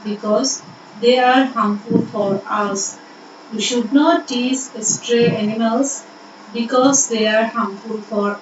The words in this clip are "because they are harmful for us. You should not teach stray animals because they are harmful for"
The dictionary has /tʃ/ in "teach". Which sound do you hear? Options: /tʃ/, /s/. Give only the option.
/s/